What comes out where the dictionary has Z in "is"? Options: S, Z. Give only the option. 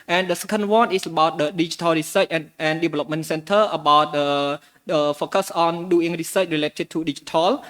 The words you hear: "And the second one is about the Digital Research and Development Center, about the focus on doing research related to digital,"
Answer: S